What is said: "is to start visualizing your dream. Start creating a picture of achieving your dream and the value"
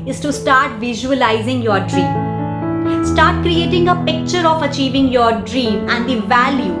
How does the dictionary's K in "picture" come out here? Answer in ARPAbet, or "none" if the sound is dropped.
K